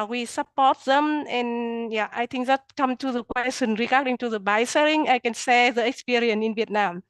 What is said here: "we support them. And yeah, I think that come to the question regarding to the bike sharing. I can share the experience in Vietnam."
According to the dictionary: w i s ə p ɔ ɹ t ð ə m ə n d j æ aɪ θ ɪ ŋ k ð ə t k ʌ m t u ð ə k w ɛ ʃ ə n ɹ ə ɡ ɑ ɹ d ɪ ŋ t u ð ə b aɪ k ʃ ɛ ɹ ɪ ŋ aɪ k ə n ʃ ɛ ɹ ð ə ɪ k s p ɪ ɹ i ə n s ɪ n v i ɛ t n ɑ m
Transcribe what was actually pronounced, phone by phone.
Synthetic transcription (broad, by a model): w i s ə p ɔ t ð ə m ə n j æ aɪ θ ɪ ŋ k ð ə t k ʌ m t u ð ə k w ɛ s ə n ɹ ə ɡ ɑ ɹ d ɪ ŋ t u ð ə b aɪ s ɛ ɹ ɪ ŋ aɪ k ə n s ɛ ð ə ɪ k s p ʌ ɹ i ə n ɪ n v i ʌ t n ɑ m